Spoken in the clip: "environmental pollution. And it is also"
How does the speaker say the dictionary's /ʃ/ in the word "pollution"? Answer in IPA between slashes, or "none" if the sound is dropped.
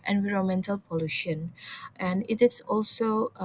/ʃ/